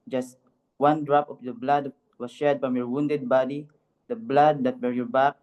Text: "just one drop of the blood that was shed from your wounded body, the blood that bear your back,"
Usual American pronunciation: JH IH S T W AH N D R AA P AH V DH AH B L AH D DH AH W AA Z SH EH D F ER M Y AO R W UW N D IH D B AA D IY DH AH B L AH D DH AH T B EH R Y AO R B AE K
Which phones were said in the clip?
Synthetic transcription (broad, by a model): JH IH S T W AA N D R AA P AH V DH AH B L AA D W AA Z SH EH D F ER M Y AO R W UW N D IH D B AA D IY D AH B L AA D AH T B EH R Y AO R B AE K